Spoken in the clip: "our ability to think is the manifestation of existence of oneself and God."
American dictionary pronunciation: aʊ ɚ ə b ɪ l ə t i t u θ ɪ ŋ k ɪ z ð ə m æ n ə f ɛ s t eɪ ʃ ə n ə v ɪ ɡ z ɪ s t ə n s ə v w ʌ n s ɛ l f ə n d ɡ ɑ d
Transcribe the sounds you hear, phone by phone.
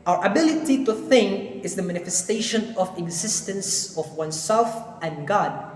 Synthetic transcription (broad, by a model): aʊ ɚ ə b ɪ l ə t i t u θ ɪ ŋ k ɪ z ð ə m æ n ə f ɛ s t eɪ ʃ ə n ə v ɪ ɡ z ɪ s t ə n s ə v w ʌ n s ɛ l f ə n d ɡ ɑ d